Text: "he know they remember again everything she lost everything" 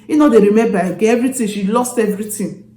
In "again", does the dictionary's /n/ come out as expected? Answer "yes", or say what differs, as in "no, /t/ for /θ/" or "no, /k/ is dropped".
no, /n/ is dropped